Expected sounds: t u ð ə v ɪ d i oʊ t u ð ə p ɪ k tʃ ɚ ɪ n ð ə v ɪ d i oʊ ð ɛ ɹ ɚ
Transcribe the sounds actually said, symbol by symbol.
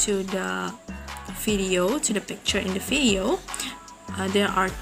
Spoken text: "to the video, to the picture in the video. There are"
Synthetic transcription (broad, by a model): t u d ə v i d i oʊ t u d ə p ɪ k tʃ ɚ ɪ n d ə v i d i oʊ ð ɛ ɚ